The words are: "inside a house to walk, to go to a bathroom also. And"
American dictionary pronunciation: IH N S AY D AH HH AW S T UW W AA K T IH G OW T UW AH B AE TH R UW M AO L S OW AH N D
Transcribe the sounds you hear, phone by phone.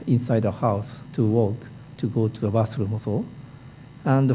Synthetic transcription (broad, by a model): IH N S AY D AH HH AW S T UW W AA K T IH G OW T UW AH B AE S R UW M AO S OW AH N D